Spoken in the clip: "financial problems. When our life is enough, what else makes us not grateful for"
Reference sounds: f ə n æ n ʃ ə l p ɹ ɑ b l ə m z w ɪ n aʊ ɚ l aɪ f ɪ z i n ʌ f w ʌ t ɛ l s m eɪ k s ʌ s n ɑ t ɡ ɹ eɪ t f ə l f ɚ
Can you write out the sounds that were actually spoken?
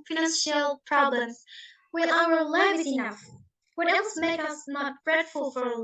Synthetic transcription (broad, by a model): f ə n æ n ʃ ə l p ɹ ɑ b l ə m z w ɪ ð aʊ ɚ l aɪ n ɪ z i n ʌ f w ʌ t ɛ l s m eɪ k ʌ s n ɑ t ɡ ɹ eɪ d f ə l f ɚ